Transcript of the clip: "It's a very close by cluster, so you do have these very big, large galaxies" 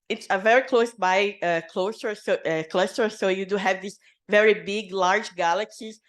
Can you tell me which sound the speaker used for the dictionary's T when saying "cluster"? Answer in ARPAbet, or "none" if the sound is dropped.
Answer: S